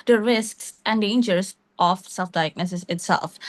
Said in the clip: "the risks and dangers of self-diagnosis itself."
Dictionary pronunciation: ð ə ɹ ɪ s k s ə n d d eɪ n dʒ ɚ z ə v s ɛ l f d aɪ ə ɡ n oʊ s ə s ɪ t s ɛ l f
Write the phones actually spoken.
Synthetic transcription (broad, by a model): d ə ɹ ɪ s k s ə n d d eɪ n dʒ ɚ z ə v s ɛ l f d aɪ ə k n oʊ s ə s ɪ t s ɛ l f